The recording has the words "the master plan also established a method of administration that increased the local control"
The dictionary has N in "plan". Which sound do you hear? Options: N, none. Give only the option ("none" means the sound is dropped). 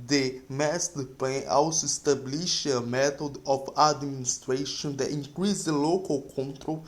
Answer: none